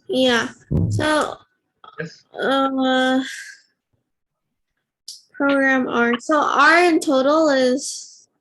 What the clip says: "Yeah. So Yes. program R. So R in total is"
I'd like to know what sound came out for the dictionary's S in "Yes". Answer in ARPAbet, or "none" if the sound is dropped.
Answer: none